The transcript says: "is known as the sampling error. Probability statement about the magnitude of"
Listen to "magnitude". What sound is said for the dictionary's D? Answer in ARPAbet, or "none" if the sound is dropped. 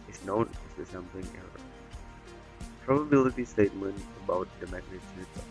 none